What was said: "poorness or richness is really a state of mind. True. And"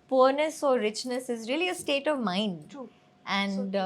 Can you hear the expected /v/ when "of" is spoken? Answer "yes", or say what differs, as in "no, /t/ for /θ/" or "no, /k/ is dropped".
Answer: yes